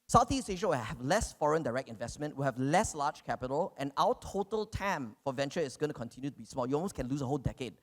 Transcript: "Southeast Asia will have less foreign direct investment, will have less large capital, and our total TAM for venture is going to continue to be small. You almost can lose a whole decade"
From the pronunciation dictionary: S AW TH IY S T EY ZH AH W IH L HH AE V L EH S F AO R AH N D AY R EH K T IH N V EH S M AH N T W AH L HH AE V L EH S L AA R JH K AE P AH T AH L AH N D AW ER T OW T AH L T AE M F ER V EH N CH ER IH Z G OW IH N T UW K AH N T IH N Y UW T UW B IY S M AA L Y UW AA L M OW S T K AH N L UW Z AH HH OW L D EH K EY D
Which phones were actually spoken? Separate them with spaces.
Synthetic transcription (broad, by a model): S AW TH IY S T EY SH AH W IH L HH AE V L EH S F AO R AH N D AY R EH K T IH N V EH S M AH N T W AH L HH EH V L EH S L AA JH K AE P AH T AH L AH N AW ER T OW T AH L T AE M F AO V EH N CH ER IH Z G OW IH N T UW K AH N T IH N Y UW T UW B IY S M AA L Y UW AA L M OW S K AH N L UW S AH HH OW L D EH K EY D